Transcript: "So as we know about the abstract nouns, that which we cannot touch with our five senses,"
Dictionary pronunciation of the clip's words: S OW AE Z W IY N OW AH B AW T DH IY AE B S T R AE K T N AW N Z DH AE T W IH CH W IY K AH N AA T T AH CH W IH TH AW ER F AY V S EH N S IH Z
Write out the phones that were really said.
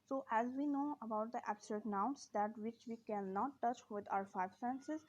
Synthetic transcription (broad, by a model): S OW AE Z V IY N OW AH B AW T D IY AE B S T AH N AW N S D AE T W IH CH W IY K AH N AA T T AH CH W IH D AW ER F AY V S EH N S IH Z